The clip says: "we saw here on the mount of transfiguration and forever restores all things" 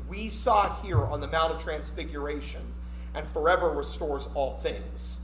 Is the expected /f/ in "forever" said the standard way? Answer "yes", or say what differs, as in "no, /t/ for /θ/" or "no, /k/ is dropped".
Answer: yes